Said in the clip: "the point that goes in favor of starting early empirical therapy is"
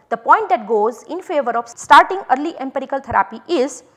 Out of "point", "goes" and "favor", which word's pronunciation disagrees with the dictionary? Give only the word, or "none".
none